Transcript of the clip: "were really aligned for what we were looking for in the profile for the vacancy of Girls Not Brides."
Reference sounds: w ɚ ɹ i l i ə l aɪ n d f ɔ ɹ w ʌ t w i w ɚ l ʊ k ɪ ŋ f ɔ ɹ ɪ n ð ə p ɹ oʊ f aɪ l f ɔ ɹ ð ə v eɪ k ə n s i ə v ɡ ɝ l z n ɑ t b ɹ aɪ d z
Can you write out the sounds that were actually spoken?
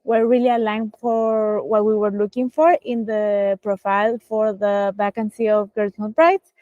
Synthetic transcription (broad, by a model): w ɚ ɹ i l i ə l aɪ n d f ɔ ɹ w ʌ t w i w ɚ l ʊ k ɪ ŋ f ɔ ɹ ɪ n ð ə p ɹ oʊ f aɪ l f ɔ ɹ ð ə b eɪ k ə n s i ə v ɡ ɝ z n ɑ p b ɹ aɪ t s